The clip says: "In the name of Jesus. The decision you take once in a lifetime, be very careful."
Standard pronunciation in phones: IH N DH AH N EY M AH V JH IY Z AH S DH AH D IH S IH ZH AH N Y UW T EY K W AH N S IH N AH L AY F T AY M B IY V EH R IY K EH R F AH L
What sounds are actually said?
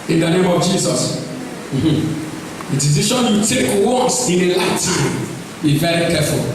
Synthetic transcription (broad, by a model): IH N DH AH N EY M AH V JH IY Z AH S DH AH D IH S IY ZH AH N Y UW T EY K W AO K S IH N AH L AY T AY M B IY V EH R IY K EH F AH L